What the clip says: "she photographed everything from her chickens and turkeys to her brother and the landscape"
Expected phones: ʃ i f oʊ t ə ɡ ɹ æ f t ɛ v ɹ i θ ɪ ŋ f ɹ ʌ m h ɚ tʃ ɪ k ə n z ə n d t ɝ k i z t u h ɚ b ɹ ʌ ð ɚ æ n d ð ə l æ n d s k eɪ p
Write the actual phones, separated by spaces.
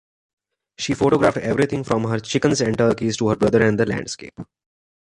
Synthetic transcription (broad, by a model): ʃ i f oʊ t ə ɡ ɹ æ f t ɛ v ɹ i t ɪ ŋ f ɹ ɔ m h ɚ tʃ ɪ k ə n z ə n t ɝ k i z t u h ɚ b ɹ ʌ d ɚ æ n d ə l æ n d s k eɪ p